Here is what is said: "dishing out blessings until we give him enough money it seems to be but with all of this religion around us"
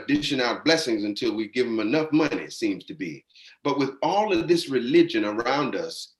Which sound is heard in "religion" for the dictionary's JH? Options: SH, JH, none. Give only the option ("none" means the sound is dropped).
JH